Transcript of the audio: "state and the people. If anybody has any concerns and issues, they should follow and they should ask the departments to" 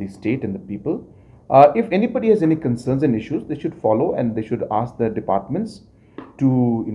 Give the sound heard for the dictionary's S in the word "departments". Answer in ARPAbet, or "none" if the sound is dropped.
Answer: S